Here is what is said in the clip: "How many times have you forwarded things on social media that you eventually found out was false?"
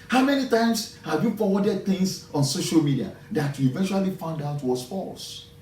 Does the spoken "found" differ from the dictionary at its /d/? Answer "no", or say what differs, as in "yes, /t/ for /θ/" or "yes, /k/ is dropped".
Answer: no